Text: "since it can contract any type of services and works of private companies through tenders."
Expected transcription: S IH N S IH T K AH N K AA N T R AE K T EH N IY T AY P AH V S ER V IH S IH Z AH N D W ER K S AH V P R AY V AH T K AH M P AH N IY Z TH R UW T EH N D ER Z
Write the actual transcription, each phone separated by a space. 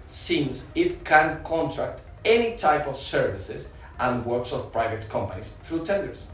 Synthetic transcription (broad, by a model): S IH N S IH T K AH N K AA N T R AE K T EH N IY T AY P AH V S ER V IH S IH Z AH N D W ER K S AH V P R AY V AH T K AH M P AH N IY S TH R UW T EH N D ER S